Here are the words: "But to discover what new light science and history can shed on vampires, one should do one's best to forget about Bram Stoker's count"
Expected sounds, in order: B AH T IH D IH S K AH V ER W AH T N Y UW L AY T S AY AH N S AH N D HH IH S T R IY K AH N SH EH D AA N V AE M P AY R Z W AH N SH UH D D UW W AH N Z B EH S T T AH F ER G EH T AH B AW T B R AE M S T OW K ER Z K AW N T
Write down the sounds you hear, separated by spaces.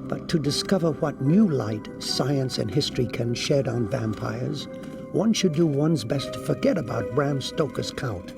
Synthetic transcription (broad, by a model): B AH T IH D IH S K AH V ER W AH T N Y UW L AY T S AY AH N S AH N HH IH S T R IY K AH N SH EH D N V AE M P AY R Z W AH N SH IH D D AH W AH N Z B EH S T T AH F ER G EH T AH B AW T B R AE M S T OW K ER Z K AW N T